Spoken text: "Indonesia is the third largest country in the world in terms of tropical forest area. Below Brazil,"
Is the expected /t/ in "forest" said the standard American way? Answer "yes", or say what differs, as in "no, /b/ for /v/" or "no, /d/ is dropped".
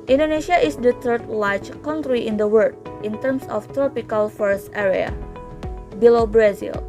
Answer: yes